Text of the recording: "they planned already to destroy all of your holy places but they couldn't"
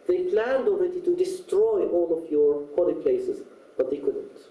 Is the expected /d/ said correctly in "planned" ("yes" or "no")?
yes